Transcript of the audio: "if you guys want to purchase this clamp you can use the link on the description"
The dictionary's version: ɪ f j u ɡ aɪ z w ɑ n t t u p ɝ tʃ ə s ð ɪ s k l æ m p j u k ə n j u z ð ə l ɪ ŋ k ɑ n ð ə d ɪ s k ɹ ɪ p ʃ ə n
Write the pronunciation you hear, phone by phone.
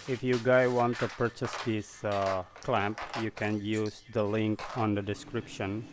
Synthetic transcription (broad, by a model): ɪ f j u ɡ aɪ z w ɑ n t t u p ɝ tʃ ə s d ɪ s k l æ m p j u k ə n j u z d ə l ɪ ŋ k ɑ n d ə d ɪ s k ɹ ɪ p ʃ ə n